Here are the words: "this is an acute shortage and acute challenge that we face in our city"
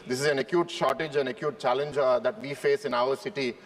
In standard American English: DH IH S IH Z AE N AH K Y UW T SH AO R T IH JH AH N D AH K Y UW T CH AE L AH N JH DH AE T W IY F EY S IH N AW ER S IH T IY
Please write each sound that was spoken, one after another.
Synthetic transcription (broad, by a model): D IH S IH Z AE N AH K Y UW T SH AO R T IH JH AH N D AH K Y UW T CH AE L AH N JH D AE T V IY F EY S IH N AW ER S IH T IY